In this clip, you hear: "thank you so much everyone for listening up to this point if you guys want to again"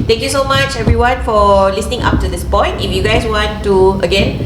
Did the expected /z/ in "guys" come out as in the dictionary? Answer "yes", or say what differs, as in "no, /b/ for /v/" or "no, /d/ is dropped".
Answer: no, /s/ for /z/